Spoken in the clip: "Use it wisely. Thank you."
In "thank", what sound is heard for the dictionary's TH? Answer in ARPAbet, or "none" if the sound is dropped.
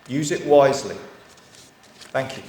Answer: TH